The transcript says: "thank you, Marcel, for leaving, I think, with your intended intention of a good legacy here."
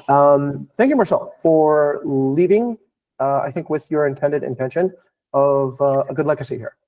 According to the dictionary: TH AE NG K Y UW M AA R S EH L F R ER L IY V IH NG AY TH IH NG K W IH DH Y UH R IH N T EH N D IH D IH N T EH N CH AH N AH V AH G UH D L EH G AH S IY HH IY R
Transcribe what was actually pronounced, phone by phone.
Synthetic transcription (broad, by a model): TH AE NG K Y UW M AA R S EH L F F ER L IY V IH NG AY TH IH NG K W IH DH Y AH R IH N T EH N D IH D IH N T EH N SH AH N AH V AH G UH D L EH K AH S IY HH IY R